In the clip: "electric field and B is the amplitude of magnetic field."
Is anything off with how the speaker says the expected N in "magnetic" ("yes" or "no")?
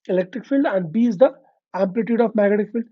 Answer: yes